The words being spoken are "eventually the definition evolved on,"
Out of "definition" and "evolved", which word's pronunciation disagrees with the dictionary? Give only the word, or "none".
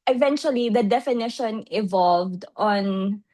none